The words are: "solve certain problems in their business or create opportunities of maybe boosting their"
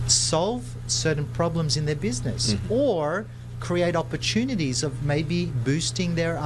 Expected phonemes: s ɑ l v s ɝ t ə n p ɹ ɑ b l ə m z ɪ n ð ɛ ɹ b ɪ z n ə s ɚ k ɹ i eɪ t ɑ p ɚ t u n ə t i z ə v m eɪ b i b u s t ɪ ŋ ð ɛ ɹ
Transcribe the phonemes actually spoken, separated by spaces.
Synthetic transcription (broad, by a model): s ɑ l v s ɝ t n p ɹ ɑ b l ə m z ɪ n ð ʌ ɹ b ɪ z n ə s ɚ k ɹ i eɪ t ɑ p ɚ t u n ə t i z ə v m eɪ b i b u s t ɪ ŋ ð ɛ ɹ